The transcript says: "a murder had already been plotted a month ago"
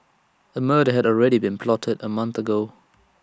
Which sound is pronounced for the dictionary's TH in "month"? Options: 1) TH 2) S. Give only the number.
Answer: 1